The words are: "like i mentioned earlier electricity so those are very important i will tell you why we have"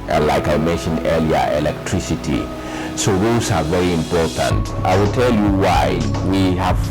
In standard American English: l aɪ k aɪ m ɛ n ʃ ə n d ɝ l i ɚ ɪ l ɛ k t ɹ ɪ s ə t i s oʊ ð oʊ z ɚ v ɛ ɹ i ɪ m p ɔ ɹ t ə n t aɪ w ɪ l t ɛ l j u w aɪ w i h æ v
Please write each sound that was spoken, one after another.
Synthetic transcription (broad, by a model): l aɪ k aɪ m ɛ n ʃ ə n d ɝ l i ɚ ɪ l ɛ k t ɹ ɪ s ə t i s oʊ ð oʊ s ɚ v ɛ ɹ i ɪ m p ɔ ɹ t ə n t aɪ w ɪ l t ɛ l j u w aɪ w i h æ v